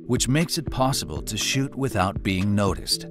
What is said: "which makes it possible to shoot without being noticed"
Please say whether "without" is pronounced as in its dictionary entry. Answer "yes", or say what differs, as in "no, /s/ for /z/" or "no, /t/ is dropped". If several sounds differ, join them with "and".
yes